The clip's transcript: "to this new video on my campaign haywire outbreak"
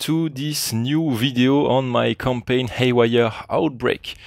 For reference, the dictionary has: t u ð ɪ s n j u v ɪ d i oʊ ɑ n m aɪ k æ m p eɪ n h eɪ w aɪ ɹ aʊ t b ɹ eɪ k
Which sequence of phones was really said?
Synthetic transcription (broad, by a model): t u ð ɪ s n j u v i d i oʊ ɑ n m aɪ k æ m p eɪ n h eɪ w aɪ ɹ aʊ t b ɹ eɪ k